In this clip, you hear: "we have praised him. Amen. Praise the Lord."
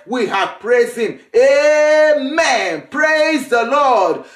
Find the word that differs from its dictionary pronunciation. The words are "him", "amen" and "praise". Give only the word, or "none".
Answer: none